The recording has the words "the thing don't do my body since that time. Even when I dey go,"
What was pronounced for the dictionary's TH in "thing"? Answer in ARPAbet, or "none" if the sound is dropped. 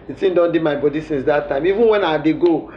S